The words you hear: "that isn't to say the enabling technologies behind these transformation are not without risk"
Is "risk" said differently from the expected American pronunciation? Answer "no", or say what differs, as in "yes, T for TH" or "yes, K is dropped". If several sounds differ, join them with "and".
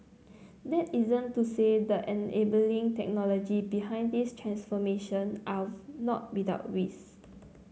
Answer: yes, W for R and K is dropped